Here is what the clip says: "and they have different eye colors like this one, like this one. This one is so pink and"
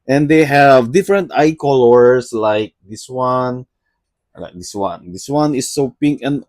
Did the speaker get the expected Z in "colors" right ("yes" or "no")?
no